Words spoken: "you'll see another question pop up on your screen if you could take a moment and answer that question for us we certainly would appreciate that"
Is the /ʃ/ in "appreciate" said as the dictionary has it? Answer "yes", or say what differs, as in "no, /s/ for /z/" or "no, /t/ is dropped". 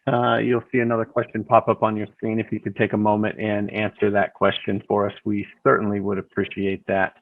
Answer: yes